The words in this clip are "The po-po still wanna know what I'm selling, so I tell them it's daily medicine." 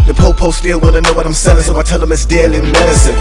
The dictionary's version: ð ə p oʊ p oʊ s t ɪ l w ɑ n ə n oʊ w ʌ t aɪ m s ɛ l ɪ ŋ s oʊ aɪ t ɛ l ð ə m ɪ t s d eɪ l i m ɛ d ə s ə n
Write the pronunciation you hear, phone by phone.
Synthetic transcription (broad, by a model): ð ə p oʊ p oʊ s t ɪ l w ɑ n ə n oʊ w ʌ t aɪ m s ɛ ɪ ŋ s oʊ aɪ t ɛ l ð ə m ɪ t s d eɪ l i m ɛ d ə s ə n